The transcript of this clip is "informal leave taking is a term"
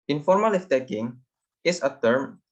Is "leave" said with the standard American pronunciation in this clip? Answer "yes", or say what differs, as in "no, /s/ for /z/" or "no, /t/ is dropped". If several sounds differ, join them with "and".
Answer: no, /f/ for /v/